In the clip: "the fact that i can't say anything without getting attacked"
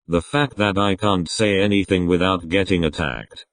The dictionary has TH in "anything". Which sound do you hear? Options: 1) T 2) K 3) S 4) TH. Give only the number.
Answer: 4